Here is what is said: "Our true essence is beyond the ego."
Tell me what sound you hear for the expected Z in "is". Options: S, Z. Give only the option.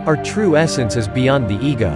Z